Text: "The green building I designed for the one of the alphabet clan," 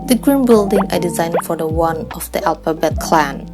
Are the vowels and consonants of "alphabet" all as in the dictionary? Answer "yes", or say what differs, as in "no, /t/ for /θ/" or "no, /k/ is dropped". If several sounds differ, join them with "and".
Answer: no, /p/ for /f/